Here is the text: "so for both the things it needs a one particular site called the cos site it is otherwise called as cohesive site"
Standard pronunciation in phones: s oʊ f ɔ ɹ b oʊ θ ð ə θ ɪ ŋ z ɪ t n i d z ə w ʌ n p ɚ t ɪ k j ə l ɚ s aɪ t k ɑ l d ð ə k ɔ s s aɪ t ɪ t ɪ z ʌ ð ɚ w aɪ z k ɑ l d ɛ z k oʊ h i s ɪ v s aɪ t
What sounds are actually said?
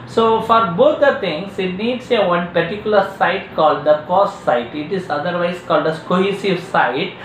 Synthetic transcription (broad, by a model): s oʊ f ɔ ɹ b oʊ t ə t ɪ ŋ s ɪ t n i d s ə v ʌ n p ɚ t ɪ k j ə l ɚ s aɪ t k ɑ l d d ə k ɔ s s aɪ t ɪ t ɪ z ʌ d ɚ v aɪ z k ɑ l d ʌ s k oʊ h i s ɪ v s aɪ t